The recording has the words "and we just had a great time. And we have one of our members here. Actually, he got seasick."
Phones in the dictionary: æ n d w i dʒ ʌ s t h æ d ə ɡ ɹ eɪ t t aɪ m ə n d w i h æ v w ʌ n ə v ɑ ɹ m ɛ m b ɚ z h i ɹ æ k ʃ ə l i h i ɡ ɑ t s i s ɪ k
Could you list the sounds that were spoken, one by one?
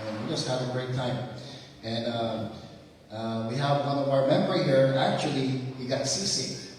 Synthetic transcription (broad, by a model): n w i dʒ ʌ s t h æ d ə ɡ ɹ eɪ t t aɪ m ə n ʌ w i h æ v w ʌ n ə v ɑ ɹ m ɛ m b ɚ h i ɹ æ k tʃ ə l i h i ɡ ɑ t s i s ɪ